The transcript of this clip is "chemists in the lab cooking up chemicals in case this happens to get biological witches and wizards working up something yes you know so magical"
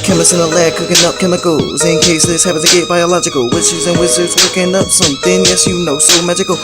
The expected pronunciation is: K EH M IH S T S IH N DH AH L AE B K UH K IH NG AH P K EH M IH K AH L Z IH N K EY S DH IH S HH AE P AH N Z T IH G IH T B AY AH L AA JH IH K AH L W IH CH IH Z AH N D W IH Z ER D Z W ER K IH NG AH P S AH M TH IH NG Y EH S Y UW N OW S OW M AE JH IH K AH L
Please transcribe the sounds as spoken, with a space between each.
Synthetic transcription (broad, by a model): K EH M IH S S IH N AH L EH K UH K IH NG AH P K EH M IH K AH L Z IH N K EY S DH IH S HH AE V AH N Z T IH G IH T B AY AH L AA JH IH K AH L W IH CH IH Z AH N W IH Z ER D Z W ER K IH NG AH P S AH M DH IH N Y EH S Y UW N OW S OW M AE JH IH K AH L